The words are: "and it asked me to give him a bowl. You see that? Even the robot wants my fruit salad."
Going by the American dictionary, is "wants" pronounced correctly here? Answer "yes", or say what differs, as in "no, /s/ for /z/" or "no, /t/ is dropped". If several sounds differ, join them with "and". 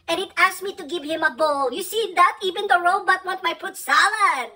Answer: no, /s/ is dropped